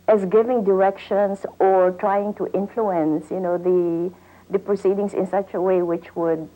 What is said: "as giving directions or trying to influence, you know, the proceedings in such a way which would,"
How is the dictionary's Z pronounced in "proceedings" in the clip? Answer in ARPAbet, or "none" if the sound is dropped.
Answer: S